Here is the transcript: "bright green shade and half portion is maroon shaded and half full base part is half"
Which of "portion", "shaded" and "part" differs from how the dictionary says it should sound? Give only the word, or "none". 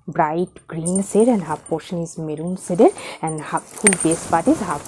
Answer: shaded